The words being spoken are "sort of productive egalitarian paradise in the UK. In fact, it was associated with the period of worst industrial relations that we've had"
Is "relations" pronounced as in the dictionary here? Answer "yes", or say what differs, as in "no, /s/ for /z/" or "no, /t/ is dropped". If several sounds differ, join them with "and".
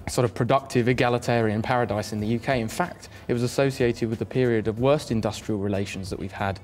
yes